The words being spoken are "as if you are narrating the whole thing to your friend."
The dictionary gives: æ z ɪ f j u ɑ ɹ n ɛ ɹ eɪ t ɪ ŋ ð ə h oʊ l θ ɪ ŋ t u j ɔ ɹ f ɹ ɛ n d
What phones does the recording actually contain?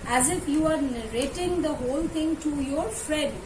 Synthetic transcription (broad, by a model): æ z ɪ f j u ɑ ɹ n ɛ ɹ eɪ t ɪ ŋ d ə h oʊ l t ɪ ŋ t u j ɔ ɹ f ɹ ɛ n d